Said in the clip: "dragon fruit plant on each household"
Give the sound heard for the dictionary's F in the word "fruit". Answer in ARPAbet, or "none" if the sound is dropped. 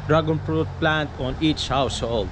P